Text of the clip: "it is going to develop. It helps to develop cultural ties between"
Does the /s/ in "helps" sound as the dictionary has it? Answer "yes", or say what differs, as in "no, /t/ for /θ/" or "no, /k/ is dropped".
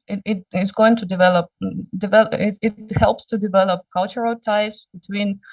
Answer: yes